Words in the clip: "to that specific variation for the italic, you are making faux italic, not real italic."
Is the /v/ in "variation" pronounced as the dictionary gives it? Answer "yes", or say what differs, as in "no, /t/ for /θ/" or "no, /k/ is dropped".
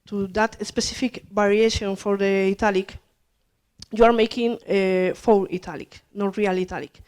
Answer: no, /b/ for /v/